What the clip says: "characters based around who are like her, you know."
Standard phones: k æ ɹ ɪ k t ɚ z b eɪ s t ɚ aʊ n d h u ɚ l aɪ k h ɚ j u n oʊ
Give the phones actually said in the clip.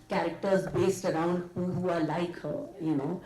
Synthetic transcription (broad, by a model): k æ ɹ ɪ k t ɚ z b eɪ s t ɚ aʊ n d h u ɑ l aɪ k h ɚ j u n oʊ